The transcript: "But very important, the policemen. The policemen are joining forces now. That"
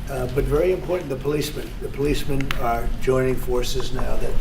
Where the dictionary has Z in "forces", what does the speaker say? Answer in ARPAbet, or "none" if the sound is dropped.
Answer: Z